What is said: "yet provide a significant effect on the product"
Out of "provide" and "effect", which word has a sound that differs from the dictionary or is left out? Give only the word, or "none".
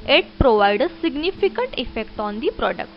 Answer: none